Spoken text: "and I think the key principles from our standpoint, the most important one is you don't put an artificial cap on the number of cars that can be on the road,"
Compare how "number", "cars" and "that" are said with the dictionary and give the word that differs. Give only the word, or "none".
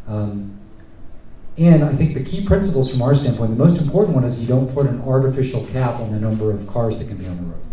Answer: none